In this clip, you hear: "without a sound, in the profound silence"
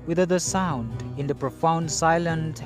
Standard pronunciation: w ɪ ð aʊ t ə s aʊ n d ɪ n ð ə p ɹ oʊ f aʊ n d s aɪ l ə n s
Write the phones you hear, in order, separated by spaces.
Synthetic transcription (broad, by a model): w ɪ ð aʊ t ə s aʊ n d ɪ n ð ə p ɹ oʊ f aʊ n d s aɪ l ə n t